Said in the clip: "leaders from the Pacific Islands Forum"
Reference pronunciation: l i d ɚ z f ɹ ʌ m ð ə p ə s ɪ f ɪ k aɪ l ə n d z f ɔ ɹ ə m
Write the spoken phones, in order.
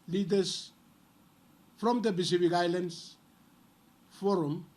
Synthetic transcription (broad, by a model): l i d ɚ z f ɹ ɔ m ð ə b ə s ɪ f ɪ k aɪ l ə n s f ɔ ɹ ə m